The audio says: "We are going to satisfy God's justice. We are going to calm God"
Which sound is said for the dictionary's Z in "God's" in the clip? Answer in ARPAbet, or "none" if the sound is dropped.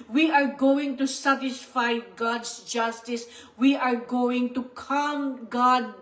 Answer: S